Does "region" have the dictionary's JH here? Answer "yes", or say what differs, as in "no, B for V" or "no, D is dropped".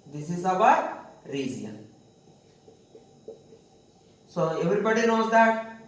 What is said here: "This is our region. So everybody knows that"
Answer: no, Z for JH